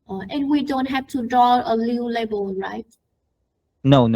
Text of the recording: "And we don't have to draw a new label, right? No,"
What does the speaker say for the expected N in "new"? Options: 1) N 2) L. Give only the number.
2